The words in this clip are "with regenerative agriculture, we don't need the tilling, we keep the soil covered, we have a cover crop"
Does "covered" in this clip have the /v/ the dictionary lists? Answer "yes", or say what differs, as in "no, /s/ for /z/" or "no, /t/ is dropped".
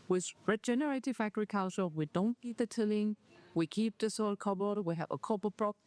no, /b/ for /v/